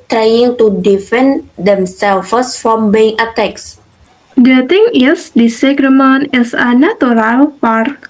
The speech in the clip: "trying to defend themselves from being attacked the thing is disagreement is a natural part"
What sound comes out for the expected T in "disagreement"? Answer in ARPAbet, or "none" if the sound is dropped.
none